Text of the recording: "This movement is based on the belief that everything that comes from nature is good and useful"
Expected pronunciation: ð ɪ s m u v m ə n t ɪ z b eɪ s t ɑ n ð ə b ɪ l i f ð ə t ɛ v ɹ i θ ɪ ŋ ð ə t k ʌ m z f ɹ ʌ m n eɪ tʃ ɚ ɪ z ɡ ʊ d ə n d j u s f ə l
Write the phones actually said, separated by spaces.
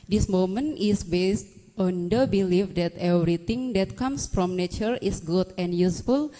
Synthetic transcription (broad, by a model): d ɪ s m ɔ m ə n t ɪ s b eɪ s t ɑ n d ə b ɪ l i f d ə t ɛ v ɹ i t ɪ ŋ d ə t k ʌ m s f ɹ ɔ m n eɪ tʃ ɚ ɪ s ɡ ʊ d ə n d j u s f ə l